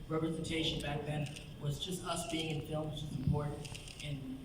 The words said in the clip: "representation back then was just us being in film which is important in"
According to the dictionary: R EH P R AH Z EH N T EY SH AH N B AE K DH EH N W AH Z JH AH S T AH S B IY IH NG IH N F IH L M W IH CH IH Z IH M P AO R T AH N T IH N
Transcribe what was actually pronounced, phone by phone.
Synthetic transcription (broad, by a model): R EH P R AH Z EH N T EY SH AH N B AE K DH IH N W AH Z JH AH S T AH S B IY IH NG IH N F IH L M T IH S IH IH P AO R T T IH N